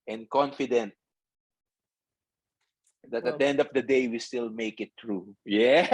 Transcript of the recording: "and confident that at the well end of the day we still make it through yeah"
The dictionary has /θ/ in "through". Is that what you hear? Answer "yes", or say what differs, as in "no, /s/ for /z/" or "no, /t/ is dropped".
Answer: no, /t/ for /θ/